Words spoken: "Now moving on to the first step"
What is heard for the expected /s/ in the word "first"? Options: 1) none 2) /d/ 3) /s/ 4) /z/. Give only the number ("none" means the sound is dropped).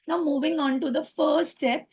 1